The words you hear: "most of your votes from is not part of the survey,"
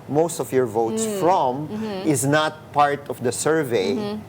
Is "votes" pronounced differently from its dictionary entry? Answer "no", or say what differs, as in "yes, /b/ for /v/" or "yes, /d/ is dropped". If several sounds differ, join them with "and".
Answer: no